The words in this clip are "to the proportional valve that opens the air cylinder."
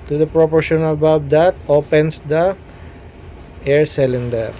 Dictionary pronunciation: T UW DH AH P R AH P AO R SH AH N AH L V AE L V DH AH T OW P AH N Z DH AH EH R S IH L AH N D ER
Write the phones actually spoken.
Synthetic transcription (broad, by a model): T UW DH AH P R AH P AO R SH AH N AH L B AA V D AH T OW P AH N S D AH EH R S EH L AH N D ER